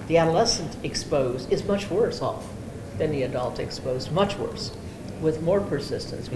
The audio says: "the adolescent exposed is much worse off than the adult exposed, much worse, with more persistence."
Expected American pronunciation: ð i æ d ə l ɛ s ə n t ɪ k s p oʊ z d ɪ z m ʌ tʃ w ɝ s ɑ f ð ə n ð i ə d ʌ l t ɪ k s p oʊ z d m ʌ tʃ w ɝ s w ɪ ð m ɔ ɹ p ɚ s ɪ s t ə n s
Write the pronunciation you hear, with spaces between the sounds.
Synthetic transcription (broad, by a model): ð i æ d ə l ɛ s ə n t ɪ k s p oʊ z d ɪ z m ʌ tʃ w ɝ s ɑ f ð ə n ð i ə d ʌ l t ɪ k s p oʊ z m ʌ tʃ w ɝ s w ɪ ð m ɔ ɹ p ɚ s ɪ s t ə n s